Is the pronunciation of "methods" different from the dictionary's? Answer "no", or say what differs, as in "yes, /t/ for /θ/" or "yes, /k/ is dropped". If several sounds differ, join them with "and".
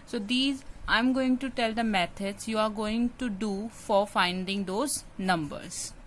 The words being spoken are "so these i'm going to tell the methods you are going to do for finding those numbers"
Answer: yes, /t/ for /θ/